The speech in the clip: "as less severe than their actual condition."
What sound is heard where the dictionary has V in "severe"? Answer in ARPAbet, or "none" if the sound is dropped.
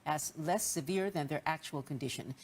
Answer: V